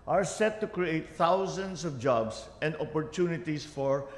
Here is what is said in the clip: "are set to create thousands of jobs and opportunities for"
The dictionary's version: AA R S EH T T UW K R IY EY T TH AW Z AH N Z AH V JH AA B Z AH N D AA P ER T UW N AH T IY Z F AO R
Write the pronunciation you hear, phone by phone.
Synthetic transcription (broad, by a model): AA R S EH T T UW K R IY EY T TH AW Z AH N S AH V JH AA B S AH N D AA P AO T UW N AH T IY S F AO R